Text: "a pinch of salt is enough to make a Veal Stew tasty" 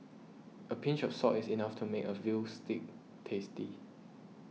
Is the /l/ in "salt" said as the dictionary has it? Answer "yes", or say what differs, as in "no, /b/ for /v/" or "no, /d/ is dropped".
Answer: no, /l/ is dropped